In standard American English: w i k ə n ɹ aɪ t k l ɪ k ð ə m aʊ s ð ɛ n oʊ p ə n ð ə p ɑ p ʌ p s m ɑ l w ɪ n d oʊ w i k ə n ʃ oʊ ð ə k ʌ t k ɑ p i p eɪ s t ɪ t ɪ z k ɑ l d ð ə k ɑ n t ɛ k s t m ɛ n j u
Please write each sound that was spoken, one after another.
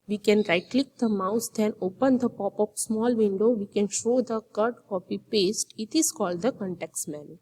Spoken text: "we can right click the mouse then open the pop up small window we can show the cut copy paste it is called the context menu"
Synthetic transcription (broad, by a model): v i k ə n ɹ aɪ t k l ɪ k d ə m aʊ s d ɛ n oʊ p ə n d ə p ɑ p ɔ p s m ɑ l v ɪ n d oʊ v i k ə n ʃ oʊ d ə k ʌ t k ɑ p i p eɪ s t ɪ t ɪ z k ɑ l d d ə k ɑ n t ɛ k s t m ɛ n